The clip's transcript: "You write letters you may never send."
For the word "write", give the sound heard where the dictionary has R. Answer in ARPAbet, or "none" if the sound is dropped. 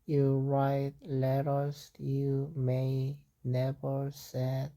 R